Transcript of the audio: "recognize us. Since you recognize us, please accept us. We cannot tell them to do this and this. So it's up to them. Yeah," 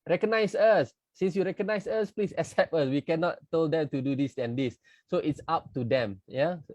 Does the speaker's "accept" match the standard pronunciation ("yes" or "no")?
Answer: no